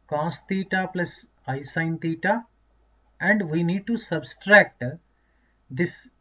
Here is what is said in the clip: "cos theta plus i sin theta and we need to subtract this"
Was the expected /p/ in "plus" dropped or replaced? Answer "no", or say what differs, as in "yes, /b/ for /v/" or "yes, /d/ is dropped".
no